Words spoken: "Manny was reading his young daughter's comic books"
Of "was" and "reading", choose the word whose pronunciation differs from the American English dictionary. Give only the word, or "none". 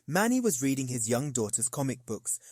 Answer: none